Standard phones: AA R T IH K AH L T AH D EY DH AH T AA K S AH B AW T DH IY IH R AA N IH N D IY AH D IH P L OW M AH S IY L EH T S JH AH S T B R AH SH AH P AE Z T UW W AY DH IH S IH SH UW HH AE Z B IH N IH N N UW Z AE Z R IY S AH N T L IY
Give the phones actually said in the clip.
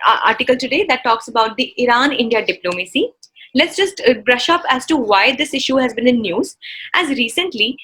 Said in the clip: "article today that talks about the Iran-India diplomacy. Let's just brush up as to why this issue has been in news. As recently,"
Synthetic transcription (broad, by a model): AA R T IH K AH L T AH D EY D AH T AA K S AH B AW T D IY IH R AA N IH N D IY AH D IH P L OW M AH S IY L EH T S JH AH S T B R AH SH AH P AE Z T UW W AY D IH S IH SH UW HH AE Z B IH N IH N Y UW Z AE Z R IY S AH N T L IY